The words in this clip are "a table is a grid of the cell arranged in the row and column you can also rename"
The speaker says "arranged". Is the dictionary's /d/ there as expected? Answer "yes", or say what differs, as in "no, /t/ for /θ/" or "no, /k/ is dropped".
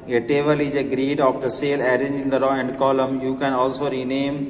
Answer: no, /d/ is dropped